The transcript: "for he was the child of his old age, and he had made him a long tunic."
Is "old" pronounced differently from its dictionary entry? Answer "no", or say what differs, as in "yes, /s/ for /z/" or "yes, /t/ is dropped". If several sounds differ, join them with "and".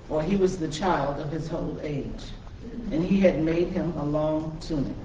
yes, /d/ is dropped